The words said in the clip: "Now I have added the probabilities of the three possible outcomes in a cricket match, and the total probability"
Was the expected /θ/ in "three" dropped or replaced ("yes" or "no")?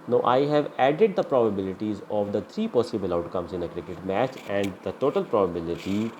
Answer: yes